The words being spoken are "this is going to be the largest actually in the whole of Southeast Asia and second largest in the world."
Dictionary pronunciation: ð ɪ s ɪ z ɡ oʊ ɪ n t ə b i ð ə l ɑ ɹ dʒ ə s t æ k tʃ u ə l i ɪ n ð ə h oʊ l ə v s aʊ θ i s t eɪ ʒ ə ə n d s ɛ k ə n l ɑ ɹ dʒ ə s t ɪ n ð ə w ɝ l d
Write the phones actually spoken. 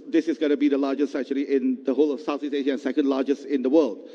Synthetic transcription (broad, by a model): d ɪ s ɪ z ɡ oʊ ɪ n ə b i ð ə l ɑ dʒ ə s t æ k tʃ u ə l i ɪ n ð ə h oʊ l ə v s aʊ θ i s eɪ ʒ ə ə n s ɛ k ə n l ɑ dʒ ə s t ɪ n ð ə w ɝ l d